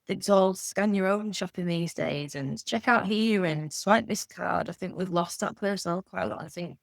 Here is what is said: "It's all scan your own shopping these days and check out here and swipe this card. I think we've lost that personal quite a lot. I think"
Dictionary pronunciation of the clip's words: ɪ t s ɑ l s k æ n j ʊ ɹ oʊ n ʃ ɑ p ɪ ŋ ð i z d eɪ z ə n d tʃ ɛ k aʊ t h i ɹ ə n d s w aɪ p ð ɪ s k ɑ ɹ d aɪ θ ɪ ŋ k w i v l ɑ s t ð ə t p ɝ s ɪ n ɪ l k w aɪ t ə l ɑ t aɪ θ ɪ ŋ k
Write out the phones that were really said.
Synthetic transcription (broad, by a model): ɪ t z ɑ l s k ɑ n j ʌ ɹ oʊ n ʃ ɑ p ɪ ŋ ð i z d eɪ z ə n tʃ ɛ k aʊ t h i ɹ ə n s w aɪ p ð ɪ s k ɑ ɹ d aɪ θ ɪ ŋ k w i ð l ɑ s ð ə t p ɝ s ɪ n ɪ l k w aɪ t ə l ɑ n aɪ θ ɪ ŋ k